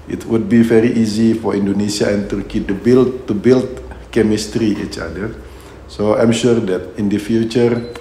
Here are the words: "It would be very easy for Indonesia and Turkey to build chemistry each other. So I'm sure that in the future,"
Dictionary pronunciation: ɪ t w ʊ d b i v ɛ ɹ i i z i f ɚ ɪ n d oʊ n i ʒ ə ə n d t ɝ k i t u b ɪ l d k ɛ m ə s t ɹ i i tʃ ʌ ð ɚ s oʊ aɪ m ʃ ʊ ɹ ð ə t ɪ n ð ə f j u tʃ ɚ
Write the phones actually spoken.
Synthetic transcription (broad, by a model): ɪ t w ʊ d b i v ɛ ɹ i i z i f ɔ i n d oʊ n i s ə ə n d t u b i t u b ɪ l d k ɛ m ə s t ɹ i i tʃ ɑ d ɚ s oʊ aɪ m ʃ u ɹ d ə t ɪ n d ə f j u tʃ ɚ